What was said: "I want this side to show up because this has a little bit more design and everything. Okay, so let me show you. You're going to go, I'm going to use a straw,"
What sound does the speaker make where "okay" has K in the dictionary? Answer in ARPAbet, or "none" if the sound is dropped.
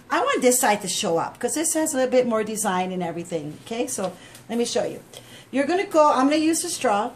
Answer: K